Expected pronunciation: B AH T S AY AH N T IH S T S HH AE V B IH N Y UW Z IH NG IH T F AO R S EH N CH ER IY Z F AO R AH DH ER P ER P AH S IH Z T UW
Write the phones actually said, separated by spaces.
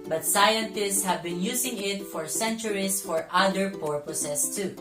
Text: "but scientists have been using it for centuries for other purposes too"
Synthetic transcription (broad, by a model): B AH T S AY AH N T IH S T S HH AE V B IH N Y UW S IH NG IH T F AO R S EH N CH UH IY S F AO R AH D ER P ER P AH S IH S T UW